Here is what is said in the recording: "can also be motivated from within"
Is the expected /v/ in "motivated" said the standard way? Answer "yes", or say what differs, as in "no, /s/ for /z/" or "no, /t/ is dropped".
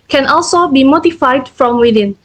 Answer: no, /f/ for /v/